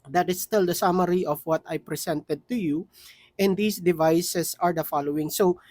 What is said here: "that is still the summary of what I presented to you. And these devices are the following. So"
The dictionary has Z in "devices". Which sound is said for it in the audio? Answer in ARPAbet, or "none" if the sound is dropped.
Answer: S